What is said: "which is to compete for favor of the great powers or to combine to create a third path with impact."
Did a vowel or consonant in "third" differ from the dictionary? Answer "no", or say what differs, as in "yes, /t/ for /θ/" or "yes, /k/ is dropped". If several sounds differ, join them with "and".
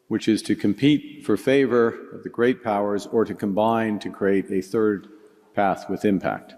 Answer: no